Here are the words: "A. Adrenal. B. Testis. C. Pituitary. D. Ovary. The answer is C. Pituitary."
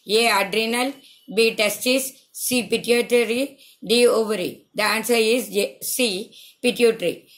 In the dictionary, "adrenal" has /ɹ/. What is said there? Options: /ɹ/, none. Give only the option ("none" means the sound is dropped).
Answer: /ɹ/